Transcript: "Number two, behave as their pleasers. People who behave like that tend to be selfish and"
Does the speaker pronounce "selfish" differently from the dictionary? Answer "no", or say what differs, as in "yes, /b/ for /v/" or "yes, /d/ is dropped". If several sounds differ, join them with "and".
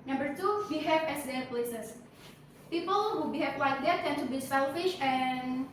no